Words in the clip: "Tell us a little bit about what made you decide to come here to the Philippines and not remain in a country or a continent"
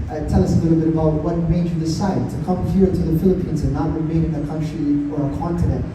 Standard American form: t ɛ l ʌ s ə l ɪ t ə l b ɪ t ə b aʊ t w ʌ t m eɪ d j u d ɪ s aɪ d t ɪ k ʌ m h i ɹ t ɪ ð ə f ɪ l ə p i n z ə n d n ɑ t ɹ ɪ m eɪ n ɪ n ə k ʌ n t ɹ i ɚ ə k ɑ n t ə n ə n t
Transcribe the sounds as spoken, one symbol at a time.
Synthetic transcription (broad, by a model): t ɛ l ʌ s ə l ɪ t l b ɪ t ə b aʊ t w ʌ t m eɪ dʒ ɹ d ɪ s aɪ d t ɪ k ʌ m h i ɹ t ɪ ð ə f ɪ l ə p i n z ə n n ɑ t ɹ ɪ m eɪ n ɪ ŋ ə k ʌ n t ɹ i ɚ ə k ɑ n t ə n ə n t